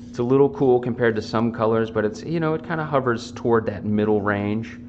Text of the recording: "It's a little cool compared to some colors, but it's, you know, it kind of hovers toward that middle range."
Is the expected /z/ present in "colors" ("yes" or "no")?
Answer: yes